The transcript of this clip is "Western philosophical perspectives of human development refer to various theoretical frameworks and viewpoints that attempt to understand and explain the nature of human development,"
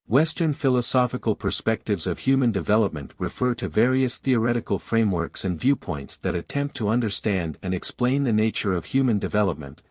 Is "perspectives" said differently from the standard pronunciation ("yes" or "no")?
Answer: no